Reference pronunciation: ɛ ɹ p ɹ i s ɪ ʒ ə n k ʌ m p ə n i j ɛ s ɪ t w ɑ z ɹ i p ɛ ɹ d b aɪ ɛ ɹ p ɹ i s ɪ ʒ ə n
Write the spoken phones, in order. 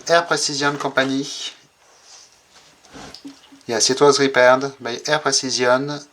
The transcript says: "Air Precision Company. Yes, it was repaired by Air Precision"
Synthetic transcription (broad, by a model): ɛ ɹ p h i s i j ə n k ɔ p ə n i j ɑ s ɪ t w ɑ z ɹ i p ɛ ɹ d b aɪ ɛ ɹ p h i s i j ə n